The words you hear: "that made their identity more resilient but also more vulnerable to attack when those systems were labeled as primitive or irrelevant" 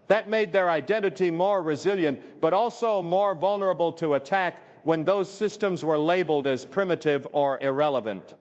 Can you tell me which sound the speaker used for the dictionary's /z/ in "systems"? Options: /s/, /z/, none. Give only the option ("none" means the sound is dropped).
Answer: /z/